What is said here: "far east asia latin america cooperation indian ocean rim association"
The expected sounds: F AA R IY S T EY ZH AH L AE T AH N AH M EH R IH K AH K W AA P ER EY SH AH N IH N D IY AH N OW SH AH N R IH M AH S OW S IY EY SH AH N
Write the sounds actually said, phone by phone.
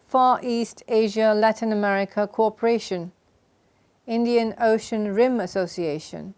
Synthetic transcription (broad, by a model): F AA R IY S T EY ZH AH L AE T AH N AH M EH R IH K AH K AA P ER EY SH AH N IH N D IY AH N OW SH AH N R IH M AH S OW S IY EY SH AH N